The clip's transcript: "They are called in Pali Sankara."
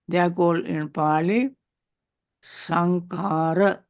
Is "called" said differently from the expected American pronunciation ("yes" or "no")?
yes